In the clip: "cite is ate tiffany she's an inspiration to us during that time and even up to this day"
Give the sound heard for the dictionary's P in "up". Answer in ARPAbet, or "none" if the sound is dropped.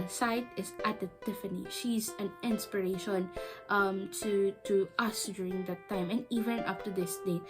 F